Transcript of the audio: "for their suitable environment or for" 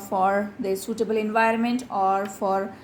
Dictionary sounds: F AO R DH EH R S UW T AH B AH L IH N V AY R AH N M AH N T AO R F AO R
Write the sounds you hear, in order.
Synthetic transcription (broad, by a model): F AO R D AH S UW T AH B AH L IH N V AY R AH N M AH N T AO R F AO R